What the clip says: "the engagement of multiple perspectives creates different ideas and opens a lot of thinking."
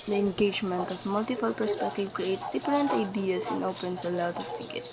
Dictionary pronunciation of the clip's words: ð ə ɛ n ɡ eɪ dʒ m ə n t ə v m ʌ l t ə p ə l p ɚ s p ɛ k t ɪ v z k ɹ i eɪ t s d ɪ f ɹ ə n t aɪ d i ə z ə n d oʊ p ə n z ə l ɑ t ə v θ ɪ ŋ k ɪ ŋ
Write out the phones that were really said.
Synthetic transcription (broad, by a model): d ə ɛ n ɡ eɪ dʒ m ə n t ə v m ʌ l t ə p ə l p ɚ s p ɛ k t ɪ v k ɹ i eɪ t s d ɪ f ɹ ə n t aɪ d i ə s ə n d oʊ p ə n s ə l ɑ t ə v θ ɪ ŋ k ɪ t